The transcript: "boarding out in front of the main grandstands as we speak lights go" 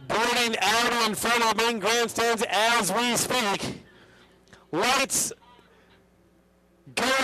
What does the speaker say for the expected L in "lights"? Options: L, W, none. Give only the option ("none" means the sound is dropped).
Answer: W